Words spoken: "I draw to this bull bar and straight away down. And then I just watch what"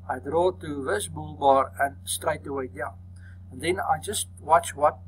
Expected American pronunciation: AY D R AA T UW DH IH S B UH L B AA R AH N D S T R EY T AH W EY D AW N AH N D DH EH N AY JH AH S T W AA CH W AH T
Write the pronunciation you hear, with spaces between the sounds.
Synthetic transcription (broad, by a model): AY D R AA T UW DH IH S B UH L B AA R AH N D S T R EY T AH W EY D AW N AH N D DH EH N AY JH AH S T W AA CH W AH T